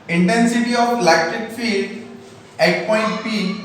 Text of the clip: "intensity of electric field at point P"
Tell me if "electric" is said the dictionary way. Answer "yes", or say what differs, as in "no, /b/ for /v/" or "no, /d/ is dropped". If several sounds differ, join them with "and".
no, /ɹ/ is dropped